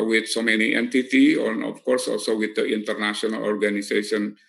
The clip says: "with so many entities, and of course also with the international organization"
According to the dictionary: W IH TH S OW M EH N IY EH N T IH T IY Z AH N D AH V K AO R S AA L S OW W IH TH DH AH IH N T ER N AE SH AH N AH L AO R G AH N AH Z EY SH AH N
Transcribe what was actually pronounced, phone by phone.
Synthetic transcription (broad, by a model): W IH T S OW M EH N IY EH N T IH T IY AH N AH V K AO R S AA L S OW W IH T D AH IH N T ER N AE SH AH N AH L AO R G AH N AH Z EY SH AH N